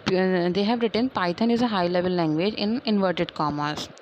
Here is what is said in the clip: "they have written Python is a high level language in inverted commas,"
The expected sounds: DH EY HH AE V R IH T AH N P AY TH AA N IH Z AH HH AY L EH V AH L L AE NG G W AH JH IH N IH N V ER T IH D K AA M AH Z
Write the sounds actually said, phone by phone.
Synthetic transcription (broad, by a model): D EY HH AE V R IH T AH N P AY T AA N IH Z AH HH AY L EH V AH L L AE NG G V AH JH IH N IH N V ER T IH D K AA M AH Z